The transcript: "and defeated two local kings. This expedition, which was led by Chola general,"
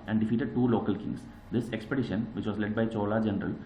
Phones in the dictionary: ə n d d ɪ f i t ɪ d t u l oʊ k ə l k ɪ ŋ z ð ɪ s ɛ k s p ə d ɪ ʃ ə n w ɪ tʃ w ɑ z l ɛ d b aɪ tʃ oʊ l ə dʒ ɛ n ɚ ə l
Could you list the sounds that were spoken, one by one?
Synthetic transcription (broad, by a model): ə n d d ɪ f i t ɪ d t u l oʊ k ə l k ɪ ŋ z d ɪ s ɛ k s p ə d ɪ ʃ ə n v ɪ tʃ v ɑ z l ɛ d b aɪ tʃ oʊ l ə dʒ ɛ n ɚ ə l